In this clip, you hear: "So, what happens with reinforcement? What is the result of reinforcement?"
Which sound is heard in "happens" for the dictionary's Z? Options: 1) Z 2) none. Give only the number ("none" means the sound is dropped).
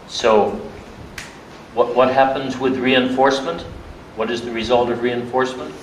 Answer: 1